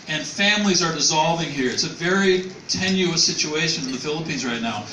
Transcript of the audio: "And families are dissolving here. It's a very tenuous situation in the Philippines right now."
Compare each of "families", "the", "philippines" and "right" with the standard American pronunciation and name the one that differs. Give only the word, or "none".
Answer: none